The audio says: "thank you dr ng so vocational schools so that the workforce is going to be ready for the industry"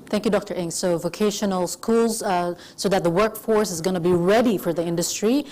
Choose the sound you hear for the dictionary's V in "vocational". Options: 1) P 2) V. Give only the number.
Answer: 2